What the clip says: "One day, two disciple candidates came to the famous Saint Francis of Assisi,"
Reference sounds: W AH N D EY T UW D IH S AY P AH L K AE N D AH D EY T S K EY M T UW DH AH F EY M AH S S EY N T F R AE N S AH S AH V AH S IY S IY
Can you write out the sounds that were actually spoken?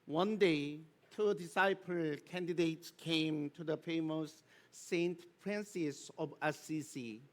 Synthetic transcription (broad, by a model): W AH N D EY T UW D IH S AY P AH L K AE N D AH D EY T S K EY M T UW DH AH F EY M AH S S EY N T P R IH N S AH S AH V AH S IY S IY